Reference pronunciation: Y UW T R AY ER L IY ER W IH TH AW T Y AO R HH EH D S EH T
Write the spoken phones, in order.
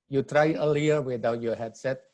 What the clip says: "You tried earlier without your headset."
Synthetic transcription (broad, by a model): Y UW T R AY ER L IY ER W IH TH AW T Y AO HH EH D S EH T